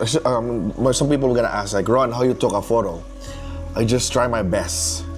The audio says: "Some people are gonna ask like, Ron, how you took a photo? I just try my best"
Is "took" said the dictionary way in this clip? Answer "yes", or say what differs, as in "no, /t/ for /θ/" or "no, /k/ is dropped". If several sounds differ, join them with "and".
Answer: yes